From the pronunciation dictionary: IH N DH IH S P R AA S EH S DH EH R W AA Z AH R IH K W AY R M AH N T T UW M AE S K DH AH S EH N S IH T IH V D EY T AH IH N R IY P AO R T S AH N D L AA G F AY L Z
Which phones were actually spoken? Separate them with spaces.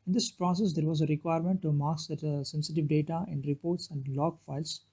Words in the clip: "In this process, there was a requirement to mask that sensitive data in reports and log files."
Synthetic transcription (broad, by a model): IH N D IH S P R AA S EH S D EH R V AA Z AH R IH K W AY R M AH N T T UW M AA K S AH S EH N S IH T IH V D EY T AH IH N R IY P AO R T S AH N D L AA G F AY L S